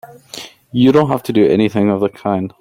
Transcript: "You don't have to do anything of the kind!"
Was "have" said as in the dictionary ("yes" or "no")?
no